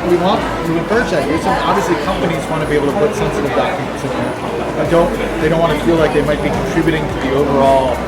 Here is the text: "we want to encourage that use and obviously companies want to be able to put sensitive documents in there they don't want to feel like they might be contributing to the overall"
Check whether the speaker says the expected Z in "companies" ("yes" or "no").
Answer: yes